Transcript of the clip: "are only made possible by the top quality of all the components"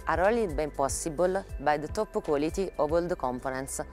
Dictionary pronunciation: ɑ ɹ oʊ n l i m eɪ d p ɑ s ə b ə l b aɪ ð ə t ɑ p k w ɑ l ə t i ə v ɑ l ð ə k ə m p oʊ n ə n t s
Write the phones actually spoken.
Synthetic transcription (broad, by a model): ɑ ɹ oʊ l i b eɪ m p ɑ s ə b ə l b aɪ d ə t ɑ p k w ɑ l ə t i ə v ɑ l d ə k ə m p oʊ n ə n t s